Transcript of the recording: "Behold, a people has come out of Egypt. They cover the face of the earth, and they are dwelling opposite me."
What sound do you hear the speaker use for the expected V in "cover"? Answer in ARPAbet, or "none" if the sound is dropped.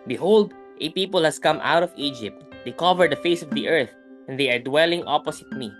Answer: V